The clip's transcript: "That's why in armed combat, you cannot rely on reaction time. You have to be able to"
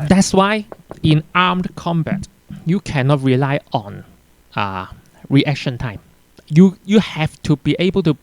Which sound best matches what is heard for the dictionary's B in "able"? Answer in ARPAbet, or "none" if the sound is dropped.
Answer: B